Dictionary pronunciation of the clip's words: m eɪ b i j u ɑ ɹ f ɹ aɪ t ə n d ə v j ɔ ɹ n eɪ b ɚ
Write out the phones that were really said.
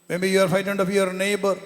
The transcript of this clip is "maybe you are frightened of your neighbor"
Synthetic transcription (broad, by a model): m eɪ b i j u ɑ ɹ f aɪ t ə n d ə f j ɔ ɹ n eɪ b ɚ